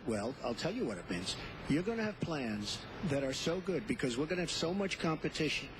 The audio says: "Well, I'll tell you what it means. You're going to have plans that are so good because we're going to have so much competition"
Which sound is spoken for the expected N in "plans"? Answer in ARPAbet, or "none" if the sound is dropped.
N